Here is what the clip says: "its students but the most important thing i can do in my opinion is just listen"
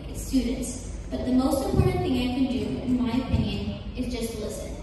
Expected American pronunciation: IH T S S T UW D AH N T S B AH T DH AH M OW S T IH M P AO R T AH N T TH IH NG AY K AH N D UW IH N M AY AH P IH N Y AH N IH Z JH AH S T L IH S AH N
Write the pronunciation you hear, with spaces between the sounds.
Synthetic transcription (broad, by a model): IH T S S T UW D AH N T S B AH T DH AH M OW S T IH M P AO R T N TH IH NG AY K AH N D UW IH N M AY AH P IH N Y AH N IH Z JH AH S T L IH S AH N